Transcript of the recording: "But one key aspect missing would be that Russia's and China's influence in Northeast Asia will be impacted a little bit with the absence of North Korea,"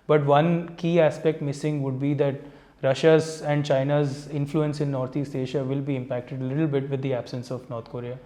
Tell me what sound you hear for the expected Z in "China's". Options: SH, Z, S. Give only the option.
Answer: Z